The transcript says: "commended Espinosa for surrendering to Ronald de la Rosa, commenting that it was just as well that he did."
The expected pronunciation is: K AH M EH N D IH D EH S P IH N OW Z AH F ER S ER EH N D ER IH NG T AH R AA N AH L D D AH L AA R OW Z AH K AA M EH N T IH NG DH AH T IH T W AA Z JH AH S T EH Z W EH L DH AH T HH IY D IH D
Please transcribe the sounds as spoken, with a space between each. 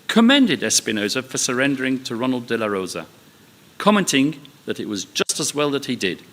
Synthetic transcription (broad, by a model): K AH M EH N D IH D EH S P IH N OW Z AH F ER S ER EH N D ER IH NG T AH R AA N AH L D D AH L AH R OW Z AH K AA M EH N T IH NG DH AH T IH T W AA Z JH AH S T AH Z W EH L DH AH T HH IY D IH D